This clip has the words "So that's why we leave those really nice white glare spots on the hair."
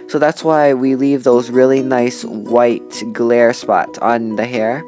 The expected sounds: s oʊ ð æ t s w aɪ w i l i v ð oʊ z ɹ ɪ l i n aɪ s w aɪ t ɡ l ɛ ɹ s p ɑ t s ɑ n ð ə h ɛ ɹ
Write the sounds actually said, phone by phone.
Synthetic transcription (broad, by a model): s oʊ ð æ t s w aɪ w i l i v ð oʊ z ɹ ɪ l i n aɪ s w aɪ t ɡ l ɛ ɹ s p ɑ t s n ð ə h ɛ ɹ